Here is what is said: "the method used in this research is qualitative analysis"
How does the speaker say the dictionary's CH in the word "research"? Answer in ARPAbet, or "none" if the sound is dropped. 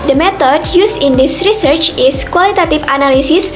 CH